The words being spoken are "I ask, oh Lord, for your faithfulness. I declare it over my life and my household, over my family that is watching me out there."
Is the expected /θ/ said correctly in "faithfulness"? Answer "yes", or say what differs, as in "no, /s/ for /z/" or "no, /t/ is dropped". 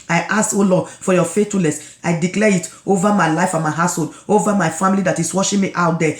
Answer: no, /t/ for /θ/